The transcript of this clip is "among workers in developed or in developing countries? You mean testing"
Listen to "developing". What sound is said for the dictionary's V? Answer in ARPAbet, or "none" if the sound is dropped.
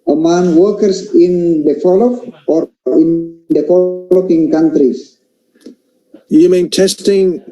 F